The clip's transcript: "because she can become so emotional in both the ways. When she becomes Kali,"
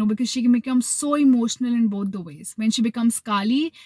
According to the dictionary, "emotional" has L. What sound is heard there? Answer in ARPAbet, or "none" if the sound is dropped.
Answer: L